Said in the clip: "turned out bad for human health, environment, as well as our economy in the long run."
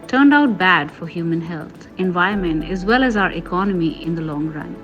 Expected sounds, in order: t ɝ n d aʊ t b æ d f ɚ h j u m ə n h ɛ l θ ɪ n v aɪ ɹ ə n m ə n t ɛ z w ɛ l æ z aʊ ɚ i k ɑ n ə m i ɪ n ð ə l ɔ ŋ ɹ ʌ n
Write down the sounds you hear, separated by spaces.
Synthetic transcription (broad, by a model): t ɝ n d aʊ t b æ d f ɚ h j u m ə n h ɛ l t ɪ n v aɪ ə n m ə n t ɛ z w ɛ l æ z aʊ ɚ i k ɑ n ə m i ɪ n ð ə l ɔ ŋ ɹ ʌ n